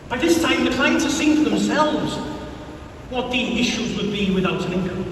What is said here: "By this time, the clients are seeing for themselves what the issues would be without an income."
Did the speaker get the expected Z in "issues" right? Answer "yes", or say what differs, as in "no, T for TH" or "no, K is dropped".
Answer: yes